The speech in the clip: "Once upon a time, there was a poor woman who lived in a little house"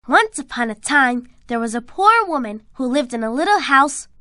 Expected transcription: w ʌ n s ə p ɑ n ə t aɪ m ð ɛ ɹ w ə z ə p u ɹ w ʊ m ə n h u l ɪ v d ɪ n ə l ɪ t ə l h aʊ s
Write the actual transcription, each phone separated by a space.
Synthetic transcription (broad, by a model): w ʌ n s ə p ɑ n ə t aɪ m ð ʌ ɹ w ə z ə p u ɹ w ʊ m ə n h u l ɪ v d ɪ n ə l ɪ t l h aʊ s